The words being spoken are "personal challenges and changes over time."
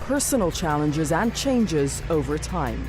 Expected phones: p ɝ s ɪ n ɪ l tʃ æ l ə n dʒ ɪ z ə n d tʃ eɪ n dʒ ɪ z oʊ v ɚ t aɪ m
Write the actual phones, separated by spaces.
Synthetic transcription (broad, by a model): p ɝ s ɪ n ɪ l tʃ æ l ə n dʒ ɪ z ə n tʃ eɪ n dʒ ɪ z oʊ v ɚ t aɪ m